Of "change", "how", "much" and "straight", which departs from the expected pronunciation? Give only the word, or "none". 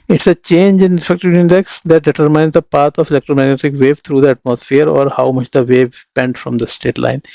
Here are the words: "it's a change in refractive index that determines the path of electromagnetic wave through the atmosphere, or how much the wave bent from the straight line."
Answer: straight